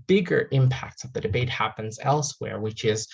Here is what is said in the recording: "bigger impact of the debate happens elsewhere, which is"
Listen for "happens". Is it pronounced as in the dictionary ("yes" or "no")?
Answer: yes